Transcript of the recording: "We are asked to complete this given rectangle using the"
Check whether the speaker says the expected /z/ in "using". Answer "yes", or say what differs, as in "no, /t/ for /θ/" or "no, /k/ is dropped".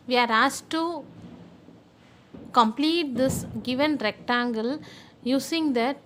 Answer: no, /s/ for /z/